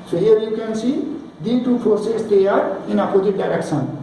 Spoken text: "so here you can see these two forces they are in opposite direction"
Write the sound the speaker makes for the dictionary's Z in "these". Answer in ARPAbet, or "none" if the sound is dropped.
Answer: none